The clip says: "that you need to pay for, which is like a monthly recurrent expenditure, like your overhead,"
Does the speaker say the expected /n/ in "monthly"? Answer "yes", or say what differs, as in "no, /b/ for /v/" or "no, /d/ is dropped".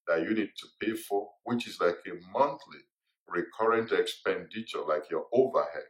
yes